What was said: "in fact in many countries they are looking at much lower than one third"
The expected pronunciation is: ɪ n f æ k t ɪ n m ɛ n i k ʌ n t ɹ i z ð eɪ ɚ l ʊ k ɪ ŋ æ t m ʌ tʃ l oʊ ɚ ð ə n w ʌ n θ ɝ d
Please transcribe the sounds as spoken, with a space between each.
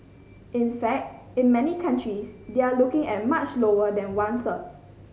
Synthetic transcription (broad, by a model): ɪ n f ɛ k t ɪ n m ɛ n i k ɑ n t ɹ i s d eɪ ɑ l ʊ k ɪ ŋ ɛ t m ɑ tʃ l oʊ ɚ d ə n w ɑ n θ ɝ